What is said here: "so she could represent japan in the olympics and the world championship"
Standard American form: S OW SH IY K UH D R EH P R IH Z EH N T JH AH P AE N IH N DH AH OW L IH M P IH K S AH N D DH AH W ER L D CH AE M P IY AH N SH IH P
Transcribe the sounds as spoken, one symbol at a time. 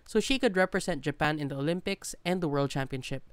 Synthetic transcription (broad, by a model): S OW SH IY K UH D R EH P R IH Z EH N T JH AH P AE N IH N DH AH OW L IH M P IH K S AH N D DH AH W ER L D CH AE M P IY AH N SH IH P